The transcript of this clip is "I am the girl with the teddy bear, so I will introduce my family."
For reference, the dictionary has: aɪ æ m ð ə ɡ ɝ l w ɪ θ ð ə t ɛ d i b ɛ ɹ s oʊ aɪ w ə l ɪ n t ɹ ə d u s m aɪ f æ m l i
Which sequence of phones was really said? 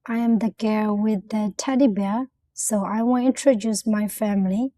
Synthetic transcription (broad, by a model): aɪ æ m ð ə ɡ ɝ w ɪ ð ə t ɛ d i b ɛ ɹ s oʊ aɪ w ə n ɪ n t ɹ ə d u s m aɪ f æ m l i